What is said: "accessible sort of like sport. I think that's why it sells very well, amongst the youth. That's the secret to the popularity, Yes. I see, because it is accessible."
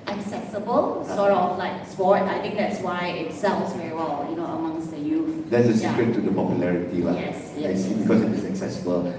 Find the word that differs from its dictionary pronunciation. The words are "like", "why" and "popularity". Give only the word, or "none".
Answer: none